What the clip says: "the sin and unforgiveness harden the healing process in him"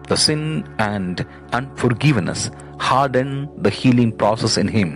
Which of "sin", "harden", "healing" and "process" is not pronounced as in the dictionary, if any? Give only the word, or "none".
none